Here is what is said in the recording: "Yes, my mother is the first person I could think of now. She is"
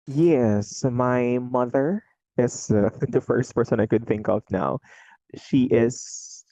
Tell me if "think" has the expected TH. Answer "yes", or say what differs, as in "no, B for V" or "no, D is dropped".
yes